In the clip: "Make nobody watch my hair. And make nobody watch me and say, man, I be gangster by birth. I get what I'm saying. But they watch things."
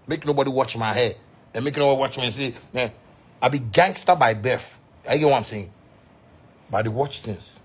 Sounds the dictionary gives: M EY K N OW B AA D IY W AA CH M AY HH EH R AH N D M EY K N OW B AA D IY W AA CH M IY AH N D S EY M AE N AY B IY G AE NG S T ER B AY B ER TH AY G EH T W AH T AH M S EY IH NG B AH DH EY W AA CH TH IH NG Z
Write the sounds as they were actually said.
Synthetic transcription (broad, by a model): M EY K N OW B AA D IY W AA CH M AY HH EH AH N M EY K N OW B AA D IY W AA CH M IY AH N S EY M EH AY B IY G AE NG S T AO B AY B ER F AY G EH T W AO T AH M S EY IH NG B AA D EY W AA CH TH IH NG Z